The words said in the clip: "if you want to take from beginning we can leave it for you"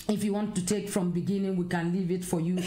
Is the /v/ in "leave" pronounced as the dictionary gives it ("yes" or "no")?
yes